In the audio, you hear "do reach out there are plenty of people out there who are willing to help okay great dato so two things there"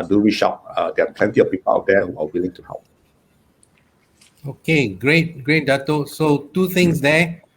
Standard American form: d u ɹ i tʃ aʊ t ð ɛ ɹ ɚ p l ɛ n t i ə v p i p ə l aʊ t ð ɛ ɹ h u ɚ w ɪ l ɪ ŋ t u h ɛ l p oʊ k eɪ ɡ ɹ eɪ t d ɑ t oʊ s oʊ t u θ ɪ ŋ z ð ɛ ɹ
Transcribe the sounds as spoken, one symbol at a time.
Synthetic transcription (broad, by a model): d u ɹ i ʃ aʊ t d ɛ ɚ p l ɛ n t i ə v p i p ə l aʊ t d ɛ h u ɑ w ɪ l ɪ ŋ t u h ɛ l p oʊ k eɪ ɡ ɹ eɪ t d ɑ t oʊ s oʊ t u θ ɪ ŋ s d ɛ